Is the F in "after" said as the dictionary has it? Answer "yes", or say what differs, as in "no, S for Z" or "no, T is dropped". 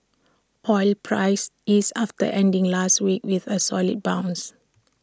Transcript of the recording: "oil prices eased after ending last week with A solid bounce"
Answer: no, F is dropped